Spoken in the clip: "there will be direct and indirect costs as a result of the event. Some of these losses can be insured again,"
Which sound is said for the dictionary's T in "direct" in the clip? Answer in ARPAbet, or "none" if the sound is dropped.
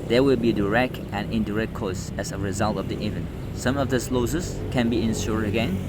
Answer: T